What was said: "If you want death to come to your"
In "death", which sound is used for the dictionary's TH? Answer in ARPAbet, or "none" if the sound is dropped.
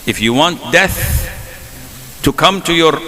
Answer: TH